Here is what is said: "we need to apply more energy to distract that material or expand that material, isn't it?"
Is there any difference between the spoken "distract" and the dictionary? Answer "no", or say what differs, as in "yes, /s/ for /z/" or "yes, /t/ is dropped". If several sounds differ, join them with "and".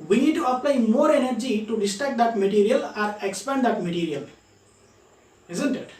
yes, /ɹ/ is dropped